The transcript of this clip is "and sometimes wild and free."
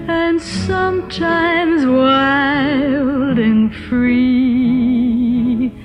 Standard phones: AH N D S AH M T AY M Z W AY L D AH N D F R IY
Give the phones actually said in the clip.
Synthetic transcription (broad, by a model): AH N S AH M T AY M Z W AY L D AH N F R IY